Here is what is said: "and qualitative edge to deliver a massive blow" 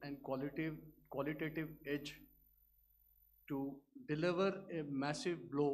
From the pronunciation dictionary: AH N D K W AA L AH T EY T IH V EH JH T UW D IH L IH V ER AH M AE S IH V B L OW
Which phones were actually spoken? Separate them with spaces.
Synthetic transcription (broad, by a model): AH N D K W AA L AH T EY T IH V EH JH T UW D IH L IH V ER AH M AE S IH V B L OW